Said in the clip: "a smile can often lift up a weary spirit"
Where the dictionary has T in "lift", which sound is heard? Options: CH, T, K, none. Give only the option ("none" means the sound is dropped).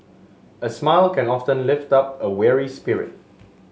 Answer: T